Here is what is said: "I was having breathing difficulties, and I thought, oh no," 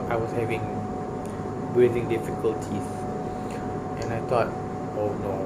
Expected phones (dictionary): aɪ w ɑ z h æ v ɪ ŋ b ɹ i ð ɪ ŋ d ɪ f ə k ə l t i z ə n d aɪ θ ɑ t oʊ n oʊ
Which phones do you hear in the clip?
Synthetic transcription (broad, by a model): aɪ w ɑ s h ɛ v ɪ ŋ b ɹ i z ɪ ŋ d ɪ f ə k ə l t i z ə n aɪ t ɑ t oʊ n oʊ